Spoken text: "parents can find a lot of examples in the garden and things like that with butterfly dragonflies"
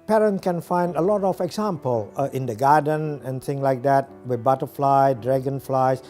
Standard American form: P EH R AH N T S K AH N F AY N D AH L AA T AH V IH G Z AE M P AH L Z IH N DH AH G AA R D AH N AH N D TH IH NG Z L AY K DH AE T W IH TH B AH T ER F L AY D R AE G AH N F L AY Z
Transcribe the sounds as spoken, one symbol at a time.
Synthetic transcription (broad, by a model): P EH R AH N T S K AH N F AY N D AH L AA T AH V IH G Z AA M P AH L IH N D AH G AA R D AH N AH N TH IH NG L AY K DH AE T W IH B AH T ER F L AY D R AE G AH N F L AY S